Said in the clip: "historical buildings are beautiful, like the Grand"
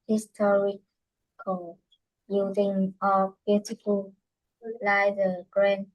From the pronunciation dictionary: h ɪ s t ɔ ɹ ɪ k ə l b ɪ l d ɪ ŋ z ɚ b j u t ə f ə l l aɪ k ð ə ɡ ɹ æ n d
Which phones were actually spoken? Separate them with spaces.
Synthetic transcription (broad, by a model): h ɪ s t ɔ ɹ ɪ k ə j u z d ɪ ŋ ɚ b j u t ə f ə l l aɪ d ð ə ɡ ɹ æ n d